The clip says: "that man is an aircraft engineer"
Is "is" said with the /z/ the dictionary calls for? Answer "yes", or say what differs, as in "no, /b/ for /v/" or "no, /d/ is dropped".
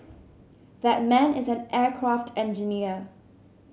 yes